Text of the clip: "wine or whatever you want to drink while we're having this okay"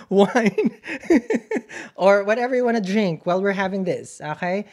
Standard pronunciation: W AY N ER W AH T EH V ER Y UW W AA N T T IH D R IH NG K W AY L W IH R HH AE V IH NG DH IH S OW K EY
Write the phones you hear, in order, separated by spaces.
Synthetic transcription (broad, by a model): W AY N ER W AH T EH V ER Y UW W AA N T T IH D R IH NG K W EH L W IH R HH AE V IH NG DH IH S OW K EY